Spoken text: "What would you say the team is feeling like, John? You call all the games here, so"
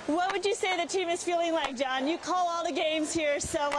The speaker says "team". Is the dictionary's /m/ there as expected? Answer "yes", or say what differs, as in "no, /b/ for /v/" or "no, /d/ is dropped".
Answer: yes